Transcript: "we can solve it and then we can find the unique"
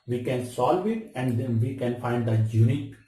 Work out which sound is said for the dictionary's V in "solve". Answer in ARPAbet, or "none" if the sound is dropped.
V